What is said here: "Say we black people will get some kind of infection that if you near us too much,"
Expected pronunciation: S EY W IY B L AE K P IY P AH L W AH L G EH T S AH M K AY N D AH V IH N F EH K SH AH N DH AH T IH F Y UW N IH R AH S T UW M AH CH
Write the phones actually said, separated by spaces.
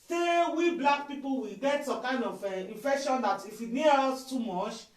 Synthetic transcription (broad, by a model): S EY W IY B L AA K P IY P AH L W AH G EH T S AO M K AY N D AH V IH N F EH K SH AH N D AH T IH F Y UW N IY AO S T UW M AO CH